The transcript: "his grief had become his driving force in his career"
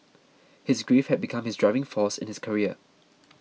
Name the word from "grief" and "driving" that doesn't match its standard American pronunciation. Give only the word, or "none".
none